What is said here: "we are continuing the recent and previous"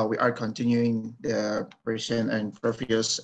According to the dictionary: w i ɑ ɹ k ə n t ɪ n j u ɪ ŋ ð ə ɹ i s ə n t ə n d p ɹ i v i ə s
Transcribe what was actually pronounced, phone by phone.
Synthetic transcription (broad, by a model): w i ɑ ɹ k ə n t ɪ n j u ɪ ŋ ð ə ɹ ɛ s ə n ə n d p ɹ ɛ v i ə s